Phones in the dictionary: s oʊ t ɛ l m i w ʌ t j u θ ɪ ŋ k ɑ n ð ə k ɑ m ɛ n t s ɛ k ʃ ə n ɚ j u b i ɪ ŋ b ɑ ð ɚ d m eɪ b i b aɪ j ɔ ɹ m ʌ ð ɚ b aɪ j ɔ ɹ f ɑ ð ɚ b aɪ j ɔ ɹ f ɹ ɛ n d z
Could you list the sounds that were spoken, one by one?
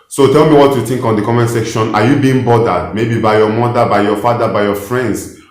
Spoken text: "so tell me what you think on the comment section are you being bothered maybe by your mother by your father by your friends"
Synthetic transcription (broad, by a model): s oʊ t ɛ l m i w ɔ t j u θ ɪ ŋ k ɑ n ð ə k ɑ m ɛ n s ɛ k ʃ ə n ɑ j u b i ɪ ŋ b ɑ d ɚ d m eɪ b i b aɪ j ɔ m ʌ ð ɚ b aɪ j ɔ f ɑ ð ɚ b aɪ j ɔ f ɹ ɛ n d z